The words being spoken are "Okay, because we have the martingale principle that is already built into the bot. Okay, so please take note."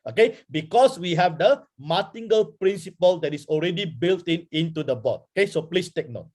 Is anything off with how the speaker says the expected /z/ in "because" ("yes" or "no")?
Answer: yes